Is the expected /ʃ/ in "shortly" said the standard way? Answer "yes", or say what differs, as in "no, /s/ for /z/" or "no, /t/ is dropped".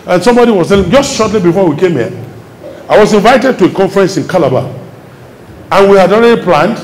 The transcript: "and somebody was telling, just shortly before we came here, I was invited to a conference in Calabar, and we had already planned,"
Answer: yes